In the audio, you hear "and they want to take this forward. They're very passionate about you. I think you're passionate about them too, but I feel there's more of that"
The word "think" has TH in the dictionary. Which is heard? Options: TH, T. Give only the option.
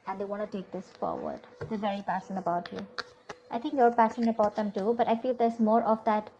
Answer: T